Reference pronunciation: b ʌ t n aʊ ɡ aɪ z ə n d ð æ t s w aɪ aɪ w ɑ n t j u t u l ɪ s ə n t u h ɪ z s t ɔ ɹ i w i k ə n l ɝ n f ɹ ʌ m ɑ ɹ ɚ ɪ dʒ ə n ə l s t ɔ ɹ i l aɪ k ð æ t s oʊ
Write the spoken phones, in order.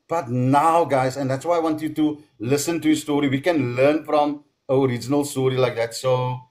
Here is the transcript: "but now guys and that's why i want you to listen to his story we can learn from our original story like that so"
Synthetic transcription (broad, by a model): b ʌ t n aʊ ɡ aɪ z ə n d ð æ t s w aɪ aɪ w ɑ n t j u t u l ɪ s ə n t u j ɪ s t ɔ ɹ i w i k ə n l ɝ n f ɹ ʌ m ɑ ɹ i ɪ dʒ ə n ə l s t ɔ ɹ i l aɪ k ð æ t s oʊ